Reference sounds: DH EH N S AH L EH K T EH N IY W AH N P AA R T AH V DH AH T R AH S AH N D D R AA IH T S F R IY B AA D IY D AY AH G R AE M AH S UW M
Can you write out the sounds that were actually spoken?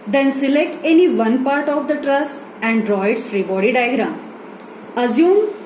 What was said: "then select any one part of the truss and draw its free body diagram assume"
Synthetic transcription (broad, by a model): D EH N S AH L EH K T EH N IY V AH N P AA R T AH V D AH T R AH S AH N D D R AA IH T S F R IY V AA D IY D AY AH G R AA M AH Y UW M